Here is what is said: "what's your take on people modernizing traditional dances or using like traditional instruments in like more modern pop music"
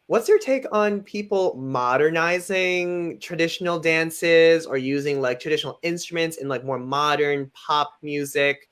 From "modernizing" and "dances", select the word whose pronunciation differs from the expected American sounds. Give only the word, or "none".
none